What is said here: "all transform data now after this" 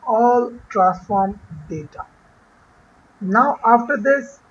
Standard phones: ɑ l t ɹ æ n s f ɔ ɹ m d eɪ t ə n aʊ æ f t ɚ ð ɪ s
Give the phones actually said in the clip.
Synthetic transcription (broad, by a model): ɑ l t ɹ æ s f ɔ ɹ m d eɪ t ə n aʊ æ f t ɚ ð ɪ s